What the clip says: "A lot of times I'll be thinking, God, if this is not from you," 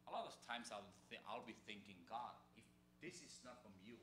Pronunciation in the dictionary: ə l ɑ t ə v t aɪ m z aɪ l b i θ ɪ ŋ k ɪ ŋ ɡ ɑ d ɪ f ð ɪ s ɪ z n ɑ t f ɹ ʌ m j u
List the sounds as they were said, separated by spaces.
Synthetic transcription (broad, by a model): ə l ɑ t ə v t aɪ m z aɪ l b i θ ɪ ŋ k ɪ ŋ ɡ ɑ d ɪ f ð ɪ s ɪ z n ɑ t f ɹ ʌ m j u